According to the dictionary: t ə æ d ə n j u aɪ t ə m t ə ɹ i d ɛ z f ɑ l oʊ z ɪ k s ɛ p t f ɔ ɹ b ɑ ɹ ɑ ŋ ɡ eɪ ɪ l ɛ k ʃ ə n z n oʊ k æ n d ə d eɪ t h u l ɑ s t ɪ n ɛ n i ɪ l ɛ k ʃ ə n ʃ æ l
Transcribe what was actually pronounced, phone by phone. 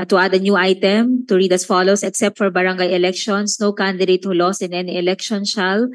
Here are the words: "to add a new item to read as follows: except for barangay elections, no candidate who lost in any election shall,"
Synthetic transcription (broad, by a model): t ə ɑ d ə n j u aɪ t ə m t ə ɹ i d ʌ s f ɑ l oʊ s ɪ k s ɛ p t f ɔ ɹ b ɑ ɹ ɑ ŋ ɡ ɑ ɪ l ɛ k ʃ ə n s n oʊ k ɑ n d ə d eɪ t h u l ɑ s ɪ n ɛ n i ɪ l ɛ k ʃ ə n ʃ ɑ l